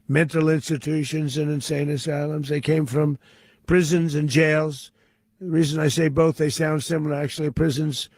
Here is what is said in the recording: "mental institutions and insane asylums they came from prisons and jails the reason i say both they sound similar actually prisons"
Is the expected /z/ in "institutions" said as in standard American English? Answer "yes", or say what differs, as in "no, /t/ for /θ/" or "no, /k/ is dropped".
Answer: yes